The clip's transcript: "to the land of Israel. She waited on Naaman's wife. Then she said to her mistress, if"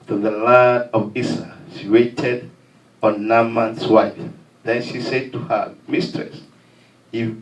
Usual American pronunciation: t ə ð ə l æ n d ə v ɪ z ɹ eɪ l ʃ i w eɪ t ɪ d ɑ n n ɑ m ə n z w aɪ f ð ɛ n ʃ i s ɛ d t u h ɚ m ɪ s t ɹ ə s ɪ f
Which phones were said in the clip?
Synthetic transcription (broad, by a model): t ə ð ə l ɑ d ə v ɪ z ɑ ʃ i w eɪ t ɪ d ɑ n n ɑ m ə n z w aɪ f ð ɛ n ʃ i s ɛ d t u h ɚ m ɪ s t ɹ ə s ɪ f